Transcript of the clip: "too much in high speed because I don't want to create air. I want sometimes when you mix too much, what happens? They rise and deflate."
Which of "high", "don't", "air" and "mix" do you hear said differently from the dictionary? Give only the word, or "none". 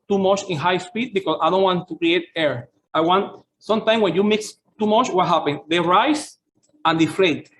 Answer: none